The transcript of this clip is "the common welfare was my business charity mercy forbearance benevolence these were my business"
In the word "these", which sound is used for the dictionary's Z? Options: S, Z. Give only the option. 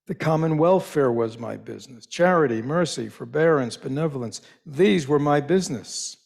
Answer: Z